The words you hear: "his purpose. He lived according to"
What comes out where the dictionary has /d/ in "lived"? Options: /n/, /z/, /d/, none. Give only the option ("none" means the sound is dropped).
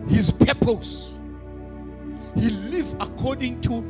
none